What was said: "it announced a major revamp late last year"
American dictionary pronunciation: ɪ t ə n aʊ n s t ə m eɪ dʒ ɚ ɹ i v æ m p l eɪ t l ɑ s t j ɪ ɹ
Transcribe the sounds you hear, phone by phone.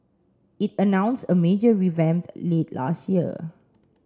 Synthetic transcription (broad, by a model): ɪ t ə n aʊ n s ə m eɪ dʒ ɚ ɹ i v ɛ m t l eɪ t l ɑ s t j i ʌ